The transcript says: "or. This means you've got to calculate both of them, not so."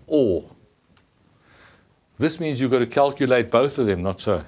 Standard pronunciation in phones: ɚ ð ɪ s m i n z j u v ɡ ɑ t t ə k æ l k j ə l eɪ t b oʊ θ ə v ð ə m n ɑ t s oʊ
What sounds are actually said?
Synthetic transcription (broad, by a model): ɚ ð ɪ s m i n z j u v ɡ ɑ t t ə k æ l k j ə l eɪ t b oʊ θ ə v ð ə m n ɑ t s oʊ